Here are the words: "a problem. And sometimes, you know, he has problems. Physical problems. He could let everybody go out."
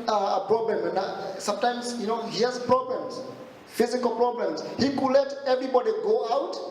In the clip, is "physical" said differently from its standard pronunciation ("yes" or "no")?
no